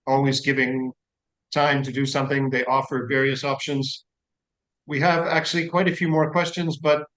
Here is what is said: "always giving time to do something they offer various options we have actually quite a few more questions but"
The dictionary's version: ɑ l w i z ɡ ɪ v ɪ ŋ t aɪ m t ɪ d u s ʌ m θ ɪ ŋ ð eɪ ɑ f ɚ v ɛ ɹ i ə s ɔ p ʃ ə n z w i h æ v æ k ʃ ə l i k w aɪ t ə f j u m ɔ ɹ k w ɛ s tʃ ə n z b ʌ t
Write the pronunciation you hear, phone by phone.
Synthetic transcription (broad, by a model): ɑ l w i z ɡ ɪ v ɪ ŋ t aɪ m t ɪ d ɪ s ʌ m θ ɪ ŋ ð eɪ ɑ f ɚ v ɛ ɹ i ə s ɔ p ʃ ə n z w i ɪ v æ k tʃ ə l i k w aɪ t ə f j u m ɔ ɹ k w ɛ s tʃ ə n z b ʌ t